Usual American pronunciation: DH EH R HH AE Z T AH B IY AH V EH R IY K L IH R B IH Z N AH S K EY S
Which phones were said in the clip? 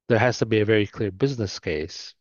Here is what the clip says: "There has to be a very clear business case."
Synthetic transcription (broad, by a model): DH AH R HH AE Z T AH B IY AH V EH R IY K L IH R B IH Z N AH S K EY S